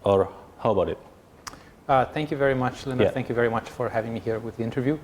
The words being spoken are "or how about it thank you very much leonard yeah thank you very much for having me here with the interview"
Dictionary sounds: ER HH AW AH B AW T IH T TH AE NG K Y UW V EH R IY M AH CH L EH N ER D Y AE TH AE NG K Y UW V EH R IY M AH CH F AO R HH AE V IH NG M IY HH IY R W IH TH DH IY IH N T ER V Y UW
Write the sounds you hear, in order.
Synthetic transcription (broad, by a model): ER HH AW AH B AW T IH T TH AE NG K Y UW V EH R IY M AH CH L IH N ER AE TH AE NG K Y UW V EH R IY M AH CH F AO R HH AE V IH NG M IY HH IY R W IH DH IY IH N T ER V Y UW